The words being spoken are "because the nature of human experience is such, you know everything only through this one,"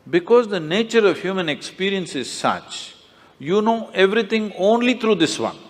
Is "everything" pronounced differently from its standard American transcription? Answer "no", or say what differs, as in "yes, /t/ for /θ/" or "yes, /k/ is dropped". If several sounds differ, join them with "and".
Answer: yes, /t/ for /θ/